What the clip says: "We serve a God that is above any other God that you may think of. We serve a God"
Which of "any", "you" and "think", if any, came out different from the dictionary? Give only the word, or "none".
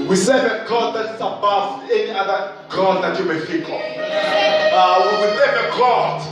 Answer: think